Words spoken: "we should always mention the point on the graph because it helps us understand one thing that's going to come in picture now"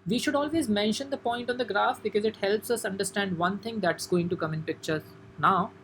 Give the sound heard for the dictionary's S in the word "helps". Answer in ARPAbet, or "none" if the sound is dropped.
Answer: S